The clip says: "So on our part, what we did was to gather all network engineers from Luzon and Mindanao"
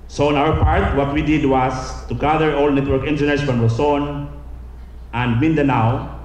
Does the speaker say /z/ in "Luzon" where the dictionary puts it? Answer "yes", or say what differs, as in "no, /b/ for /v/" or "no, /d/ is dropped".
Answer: no, /s/ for /z/